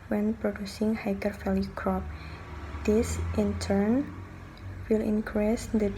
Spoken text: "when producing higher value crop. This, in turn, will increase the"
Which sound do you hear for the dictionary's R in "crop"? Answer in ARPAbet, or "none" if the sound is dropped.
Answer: R